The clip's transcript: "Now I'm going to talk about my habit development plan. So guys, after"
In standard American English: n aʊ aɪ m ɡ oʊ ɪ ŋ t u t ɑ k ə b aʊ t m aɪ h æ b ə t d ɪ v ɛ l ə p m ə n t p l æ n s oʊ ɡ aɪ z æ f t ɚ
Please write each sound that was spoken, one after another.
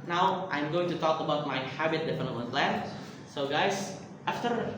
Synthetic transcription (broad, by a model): n aʊ aɪ m ɡ oʊ ɪ ŋ t u t ɑ k ə b aʊ t m aɪ h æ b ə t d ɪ f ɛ n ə m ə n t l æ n s oʊ ɡ aɪ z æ f t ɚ